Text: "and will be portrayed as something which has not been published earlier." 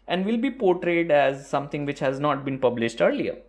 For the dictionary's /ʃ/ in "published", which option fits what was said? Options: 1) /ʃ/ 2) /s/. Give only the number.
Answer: 1